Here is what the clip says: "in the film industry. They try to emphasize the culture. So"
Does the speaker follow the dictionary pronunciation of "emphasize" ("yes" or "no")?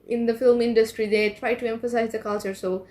yes